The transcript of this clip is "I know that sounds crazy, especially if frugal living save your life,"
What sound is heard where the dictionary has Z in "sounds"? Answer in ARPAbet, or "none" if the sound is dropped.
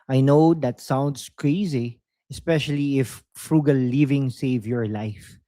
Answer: S